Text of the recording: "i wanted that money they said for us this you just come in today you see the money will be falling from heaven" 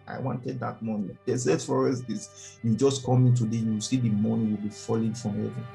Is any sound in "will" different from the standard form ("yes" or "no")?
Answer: no